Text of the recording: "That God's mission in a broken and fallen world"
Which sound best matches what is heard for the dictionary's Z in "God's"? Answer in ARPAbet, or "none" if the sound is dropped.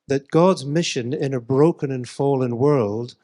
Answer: Z